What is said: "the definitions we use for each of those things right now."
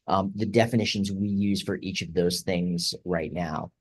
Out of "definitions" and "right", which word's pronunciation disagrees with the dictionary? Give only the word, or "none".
none